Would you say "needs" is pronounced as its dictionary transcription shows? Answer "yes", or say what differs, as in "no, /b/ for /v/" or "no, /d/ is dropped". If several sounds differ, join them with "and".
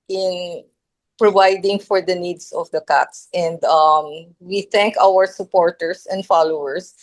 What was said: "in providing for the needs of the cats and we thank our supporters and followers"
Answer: no, /s/ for /z/